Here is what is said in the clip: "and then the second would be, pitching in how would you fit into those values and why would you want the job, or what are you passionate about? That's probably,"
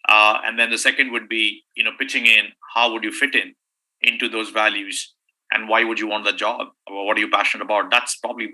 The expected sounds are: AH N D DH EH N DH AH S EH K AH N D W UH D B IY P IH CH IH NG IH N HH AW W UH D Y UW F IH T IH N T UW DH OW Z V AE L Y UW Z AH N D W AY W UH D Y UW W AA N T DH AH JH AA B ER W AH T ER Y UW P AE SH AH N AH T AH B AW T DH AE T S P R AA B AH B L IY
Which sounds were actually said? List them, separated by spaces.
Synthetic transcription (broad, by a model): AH N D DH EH N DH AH S EH K AH N D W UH D B IY P IH CH IH NG IH N HH AW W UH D Y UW F IH T IH N T UW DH OW Z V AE L Y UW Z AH N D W AY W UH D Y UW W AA N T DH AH JH AA B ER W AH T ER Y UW P AE SH AH N AH T AH B AW T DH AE T S P R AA B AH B L IY